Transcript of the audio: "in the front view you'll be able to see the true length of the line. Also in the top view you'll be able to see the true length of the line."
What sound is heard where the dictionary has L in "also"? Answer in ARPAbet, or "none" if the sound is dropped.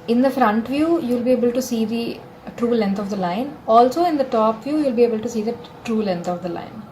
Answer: L